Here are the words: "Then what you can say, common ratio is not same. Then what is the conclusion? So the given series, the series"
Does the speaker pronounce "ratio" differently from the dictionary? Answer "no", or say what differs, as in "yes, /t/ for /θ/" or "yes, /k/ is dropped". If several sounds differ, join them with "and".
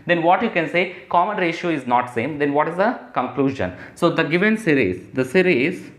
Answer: no